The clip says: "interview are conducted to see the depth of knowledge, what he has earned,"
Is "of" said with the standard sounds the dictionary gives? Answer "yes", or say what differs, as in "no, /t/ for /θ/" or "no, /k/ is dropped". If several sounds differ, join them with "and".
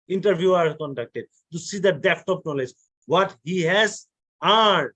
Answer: no, /p/ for /v/